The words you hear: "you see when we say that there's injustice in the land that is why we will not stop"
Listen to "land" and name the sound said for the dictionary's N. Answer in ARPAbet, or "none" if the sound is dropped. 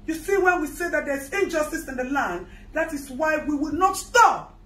N